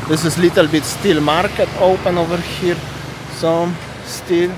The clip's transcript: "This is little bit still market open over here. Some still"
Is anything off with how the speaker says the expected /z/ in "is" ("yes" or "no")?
yes